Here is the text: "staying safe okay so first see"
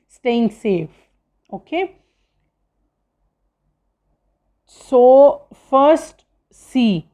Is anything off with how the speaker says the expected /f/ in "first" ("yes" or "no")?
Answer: no